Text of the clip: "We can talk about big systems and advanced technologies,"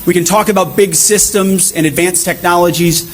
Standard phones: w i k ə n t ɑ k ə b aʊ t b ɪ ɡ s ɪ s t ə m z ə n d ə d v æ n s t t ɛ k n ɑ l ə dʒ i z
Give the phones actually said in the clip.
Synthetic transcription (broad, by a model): w i k ə n t ɑ k ə b aʊ t b ɪ ɡ s ɪ s t ə m z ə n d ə d v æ n s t t ɛ k n ɑ l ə dʒ i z